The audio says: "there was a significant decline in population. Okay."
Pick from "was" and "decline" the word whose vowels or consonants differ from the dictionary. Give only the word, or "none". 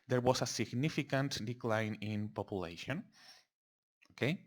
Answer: was